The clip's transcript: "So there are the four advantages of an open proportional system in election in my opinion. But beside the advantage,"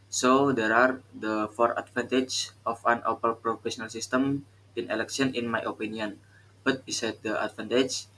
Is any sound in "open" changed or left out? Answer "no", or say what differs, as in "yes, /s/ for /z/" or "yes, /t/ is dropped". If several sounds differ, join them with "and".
yes, /l/ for /n/